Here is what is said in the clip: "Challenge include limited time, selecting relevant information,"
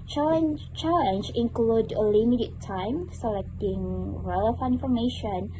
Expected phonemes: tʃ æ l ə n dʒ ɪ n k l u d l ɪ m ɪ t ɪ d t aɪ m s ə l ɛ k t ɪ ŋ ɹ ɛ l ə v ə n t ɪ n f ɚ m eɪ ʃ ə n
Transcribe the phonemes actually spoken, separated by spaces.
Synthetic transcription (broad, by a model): tʃ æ l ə n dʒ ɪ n k l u d l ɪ m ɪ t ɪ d t aɪ m s ə l ɛ k t ɪ ŋ ɹ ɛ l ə f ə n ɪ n f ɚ m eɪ ʃ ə n